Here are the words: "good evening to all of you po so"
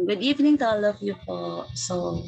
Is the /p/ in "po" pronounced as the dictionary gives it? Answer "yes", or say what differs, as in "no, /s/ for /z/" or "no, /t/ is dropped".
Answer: no, /f/ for /p/